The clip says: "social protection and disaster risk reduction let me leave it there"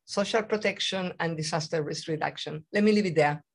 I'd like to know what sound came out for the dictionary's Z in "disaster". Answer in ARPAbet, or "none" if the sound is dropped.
S